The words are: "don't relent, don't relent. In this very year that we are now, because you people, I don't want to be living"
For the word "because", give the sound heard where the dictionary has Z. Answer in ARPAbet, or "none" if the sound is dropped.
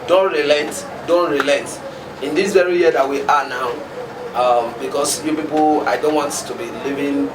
S